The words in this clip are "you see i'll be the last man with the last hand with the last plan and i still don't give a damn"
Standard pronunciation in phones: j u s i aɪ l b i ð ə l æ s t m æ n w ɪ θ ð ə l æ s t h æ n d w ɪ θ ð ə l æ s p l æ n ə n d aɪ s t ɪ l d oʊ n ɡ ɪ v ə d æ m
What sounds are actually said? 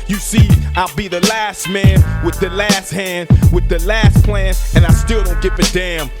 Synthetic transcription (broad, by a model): j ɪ s i aɪ l b i ð ə l æ s t m æ n w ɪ ð ə l æ s t h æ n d w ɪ ð ə l æ s p l æ n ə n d aɪ s t ɪ l d oʊ n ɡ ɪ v ə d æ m